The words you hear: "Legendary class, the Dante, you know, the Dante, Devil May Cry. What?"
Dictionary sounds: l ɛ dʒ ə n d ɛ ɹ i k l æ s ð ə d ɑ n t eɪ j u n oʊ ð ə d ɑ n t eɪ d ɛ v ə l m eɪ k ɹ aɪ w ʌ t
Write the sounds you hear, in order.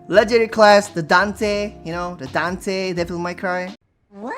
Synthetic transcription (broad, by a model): l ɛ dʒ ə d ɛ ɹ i k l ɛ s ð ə d ɑ n t eɪ j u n oʊ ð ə d ɑ n t eɪ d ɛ f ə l m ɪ k ɹ aɪ